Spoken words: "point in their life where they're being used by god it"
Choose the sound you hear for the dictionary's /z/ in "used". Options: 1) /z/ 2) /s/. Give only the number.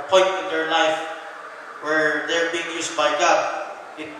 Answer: 2